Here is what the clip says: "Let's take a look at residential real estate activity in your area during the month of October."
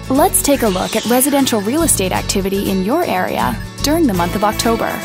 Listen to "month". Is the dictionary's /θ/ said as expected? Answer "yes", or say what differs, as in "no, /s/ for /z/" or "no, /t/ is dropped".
yes